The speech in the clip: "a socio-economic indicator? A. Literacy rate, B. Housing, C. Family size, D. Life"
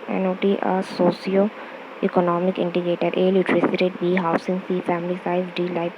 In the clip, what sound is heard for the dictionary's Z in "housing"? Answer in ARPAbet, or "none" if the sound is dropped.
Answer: S